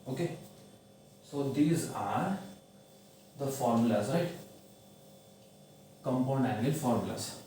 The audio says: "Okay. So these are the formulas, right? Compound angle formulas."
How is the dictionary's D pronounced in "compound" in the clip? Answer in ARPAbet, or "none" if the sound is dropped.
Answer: none